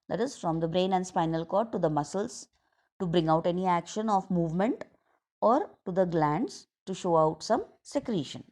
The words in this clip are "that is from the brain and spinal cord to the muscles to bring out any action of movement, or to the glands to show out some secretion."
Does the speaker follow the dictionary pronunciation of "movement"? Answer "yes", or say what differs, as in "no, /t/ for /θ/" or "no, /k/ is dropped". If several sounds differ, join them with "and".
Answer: yes